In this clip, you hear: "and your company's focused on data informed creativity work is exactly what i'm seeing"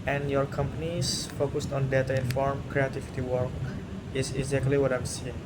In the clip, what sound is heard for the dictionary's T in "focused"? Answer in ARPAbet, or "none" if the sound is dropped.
T